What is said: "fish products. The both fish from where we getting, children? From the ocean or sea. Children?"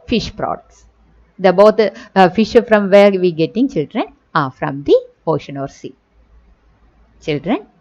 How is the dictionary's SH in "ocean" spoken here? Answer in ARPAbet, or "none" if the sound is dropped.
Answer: SH